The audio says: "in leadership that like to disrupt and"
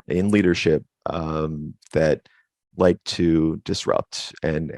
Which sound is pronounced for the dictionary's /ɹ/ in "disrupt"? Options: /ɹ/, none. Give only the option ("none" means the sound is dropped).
/ɹ/